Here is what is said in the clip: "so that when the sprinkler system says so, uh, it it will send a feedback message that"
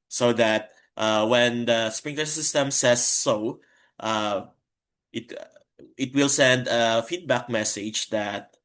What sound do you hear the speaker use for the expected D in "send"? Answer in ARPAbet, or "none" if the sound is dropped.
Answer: D